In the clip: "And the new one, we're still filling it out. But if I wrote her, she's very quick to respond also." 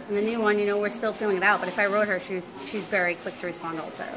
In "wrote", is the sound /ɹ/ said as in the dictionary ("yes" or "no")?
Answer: yes